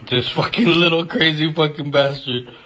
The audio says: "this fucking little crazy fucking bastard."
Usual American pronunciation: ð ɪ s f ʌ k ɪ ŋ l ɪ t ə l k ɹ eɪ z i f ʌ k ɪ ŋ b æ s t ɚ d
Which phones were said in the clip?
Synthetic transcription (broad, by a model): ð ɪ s f ʌ k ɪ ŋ l ɪ t l k ɹ eɪ z i f ʌ k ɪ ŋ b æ s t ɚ